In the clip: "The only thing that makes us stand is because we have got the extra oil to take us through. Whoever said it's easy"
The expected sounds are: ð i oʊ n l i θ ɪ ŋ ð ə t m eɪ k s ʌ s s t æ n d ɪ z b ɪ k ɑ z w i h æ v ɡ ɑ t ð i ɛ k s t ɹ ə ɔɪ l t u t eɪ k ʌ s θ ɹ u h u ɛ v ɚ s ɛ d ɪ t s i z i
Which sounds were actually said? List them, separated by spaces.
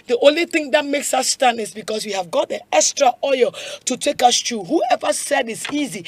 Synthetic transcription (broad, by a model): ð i oʊ n l i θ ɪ ŋ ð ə t m eɪ k s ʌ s s t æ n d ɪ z b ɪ k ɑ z w i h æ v ɡ ɑ t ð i ɛ k s t ɹ ə ɔɪ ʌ t u t eɪ k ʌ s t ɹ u h u ɛ v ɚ s ɛ d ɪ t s i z i